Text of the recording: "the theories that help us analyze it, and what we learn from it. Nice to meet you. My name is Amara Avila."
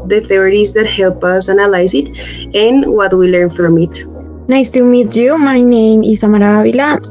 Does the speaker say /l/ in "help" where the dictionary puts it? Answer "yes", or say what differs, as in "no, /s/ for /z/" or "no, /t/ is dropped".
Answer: yes